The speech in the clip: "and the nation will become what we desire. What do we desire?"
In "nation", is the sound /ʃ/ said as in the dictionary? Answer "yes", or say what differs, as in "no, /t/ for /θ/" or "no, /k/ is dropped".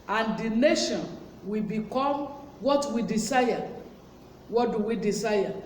yes